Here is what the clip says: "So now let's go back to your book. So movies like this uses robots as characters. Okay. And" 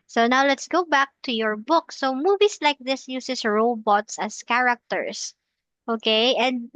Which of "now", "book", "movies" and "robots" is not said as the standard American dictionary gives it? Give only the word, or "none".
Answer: movies